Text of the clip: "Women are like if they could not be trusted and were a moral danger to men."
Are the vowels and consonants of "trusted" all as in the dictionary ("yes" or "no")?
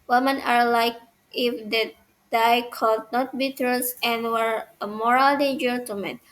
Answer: no